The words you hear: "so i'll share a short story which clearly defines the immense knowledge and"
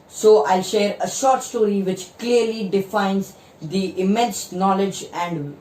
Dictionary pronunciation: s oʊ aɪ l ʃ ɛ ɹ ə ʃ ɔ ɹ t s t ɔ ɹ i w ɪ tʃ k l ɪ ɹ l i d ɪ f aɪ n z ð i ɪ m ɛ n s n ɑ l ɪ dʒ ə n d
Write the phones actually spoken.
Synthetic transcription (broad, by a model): s oʊ aɪ l ʃ ɛ ɹ ə ʃ ɔ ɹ t s t ɔ ɹ i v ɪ tʃ k l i ɹ l i d ɪ f aɪ n z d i ɪ m ɛ n s n ɑ l ɪ dʒ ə n d